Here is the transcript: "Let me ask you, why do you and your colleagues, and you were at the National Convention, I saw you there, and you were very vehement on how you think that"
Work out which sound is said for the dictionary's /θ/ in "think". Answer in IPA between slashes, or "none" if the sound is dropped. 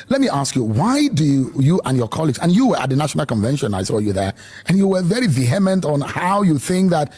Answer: /θ/